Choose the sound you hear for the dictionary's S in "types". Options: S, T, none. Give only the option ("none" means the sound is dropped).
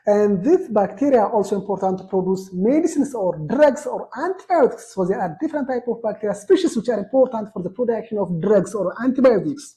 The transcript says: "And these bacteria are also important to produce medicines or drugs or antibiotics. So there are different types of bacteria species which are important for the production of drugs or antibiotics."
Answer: none